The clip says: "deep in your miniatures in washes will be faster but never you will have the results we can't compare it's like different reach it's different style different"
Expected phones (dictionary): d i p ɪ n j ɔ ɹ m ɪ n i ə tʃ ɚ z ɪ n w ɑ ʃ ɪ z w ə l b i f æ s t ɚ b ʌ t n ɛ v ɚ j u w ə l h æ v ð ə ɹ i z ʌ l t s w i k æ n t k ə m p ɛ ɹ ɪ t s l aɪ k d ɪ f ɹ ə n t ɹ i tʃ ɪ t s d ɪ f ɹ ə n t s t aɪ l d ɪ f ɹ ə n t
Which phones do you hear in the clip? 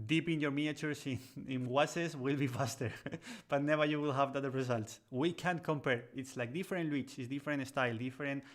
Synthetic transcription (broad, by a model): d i p ɪ n j ɔ ɹ m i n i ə s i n ɪ n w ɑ s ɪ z w ə l b i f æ s t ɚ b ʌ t n ɛ v ɚ j u w ə l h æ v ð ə ɹ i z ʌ l t s w i k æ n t k ə m p ɛ ɹ ɪ t s l aɪ k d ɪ f ɹ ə n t w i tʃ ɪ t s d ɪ f ɹ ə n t s t aɪ l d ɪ f ɹ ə n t